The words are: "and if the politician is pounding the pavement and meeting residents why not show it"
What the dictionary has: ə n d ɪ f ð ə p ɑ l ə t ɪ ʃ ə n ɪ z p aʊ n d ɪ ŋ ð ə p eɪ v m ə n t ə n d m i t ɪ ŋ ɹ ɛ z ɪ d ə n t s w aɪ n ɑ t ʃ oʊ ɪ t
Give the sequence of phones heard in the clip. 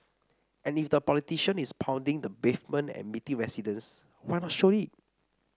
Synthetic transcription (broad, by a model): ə n ɪ f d ə p ɑ l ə t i ʃ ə n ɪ s p aʊ n d ɪ ŋ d ə b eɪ f m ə n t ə n m i t ɪ ŋ ɹ ɛ s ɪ d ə n s w aɪ n ɑ t ʃ oʊ ɪ t